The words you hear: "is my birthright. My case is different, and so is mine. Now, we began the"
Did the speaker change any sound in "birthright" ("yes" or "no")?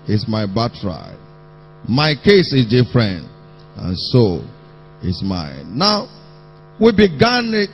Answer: yes